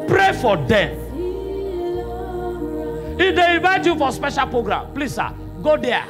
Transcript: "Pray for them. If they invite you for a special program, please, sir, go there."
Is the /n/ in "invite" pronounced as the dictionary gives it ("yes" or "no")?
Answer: no